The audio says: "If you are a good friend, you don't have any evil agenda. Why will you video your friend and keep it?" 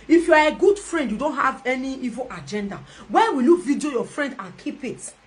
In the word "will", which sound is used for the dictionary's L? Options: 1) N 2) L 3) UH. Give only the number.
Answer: 2